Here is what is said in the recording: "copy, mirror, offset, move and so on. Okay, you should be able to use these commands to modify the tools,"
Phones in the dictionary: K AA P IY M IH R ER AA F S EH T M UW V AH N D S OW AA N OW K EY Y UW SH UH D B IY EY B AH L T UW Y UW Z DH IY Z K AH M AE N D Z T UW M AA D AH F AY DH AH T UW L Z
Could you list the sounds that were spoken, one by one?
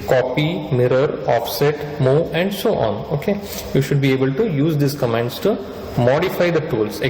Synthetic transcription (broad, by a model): K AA P IY M IH R ER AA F S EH T M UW AH N D S OW AA N OW K EY Y UW SH UH D B IY EY B AH L T UW Y UW Z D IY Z K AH M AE N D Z T UW M AA D AH F AY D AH T UW L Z